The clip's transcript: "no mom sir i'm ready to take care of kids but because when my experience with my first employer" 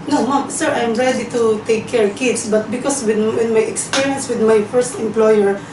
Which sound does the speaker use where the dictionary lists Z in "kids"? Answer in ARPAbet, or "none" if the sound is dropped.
S